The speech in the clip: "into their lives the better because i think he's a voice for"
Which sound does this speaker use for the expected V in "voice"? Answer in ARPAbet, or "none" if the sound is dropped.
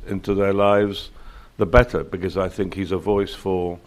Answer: V